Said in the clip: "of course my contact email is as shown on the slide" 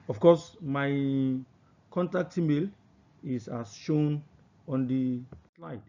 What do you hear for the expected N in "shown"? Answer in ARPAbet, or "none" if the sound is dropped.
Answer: N